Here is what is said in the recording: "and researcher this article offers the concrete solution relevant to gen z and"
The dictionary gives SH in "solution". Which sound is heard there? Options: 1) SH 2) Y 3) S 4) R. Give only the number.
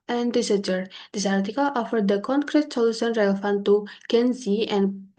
3